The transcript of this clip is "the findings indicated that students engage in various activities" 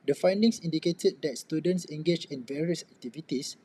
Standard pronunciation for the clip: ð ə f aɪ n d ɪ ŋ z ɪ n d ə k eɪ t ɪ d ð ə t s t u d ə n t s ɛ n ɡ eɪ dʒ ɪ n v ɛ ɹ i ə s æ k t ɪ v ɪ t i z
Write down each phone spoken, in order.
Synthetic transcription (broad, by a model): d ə f aɪ n d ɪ ŋ s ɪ n d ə k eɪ t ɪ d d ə t s t u d ə n t s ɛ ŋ ɡ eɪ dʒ ɪ n v ɛ ɹ i ə s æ k t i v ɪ t i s